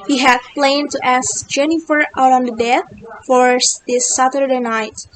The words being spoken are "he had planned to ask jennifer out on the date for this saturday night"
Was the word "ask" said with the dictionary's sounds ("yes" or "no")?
yes